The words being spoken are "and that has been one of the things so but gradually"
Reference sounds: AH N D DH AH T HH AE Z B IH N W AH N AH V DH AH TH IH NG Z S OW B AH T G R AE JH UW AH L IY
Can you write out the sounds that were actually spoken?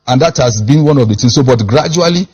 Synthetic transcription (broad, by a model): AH N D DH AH T HH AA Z B IH N W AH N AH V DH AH T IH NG S OW B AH T G R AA JH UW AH L IY